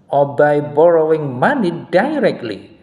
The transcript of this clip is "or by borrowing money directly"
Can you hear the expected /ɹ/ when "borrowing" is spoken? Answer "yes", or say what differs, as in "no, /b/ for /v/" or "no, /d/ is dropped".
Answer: yes